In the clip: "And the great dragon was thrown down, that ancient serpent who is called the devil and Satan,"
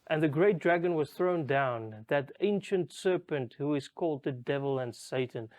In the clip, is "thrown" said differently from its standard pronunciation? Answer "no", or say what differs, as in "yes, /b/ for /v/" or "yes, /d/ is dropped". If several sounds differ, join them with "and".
no